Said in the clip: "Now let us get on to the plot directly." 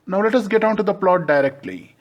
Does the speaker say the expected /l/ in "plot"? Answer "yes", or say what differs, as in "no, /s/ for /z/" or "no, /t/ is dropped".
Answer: yes